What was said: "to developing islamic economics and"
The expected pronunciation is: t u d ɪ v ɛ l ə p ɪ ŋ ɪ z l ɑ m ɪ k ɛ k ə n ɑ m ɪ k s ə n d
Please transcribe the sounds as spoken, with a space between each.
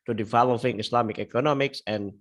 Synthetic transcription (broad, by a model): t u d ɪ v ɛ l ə f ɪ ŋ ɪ s l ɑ m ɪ k ɛ k ə n ɑ m ɪ k s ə n